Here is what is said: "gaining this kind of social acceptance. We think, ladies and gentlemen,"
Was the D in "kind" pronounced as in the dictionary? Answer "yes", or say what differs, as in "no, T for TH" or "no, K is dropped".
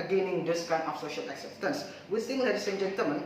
no, D is dropped